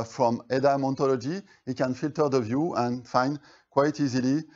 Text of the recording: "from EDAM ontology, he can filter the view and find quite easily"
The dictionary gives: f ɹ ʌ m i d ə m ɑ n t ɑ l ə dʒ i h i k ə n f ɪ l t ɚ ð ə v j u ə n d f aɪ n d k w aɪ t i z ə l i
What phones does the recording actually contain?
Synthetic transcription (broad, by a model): f ɹ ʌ m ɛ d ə m ɑ n t ɑ l ə dʒ i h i k ə n f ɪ l t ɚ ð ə v j u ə n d f aɪ n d k w aɪ t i z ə l i